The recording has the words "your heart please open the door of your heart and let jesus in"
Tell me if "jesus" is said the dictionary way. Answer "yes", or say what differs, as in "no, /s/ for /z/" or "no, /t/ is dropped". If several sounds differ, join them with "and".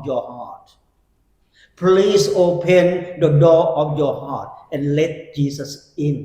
no, /s/ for /z/